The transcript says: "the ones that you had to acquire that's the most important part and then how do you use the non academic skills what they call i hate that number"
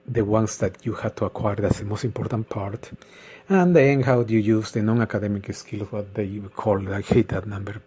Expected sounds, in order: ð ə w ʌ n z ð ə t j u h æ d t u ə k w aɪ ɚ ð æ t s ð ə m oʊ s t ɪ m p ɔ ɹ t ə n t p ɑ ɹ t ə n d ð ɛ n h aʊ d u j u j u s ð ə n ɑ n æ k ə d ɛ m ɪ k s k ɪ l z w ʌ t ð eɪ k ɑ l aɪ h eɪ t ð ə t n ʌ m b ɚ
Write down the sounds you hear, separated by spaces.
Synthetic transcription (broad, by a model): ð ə w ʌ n s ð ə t j u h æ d t u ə k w aɪ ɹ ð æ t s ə m oʊ s t ɪ m p ɔ ɹ t ə n t p ɑ ɹ t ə n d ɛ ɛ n h aʊ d j u j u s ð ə n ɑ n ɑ k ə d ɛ m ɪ k s k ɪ l s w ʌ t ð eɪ k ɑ l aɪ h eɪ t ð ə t n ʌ m b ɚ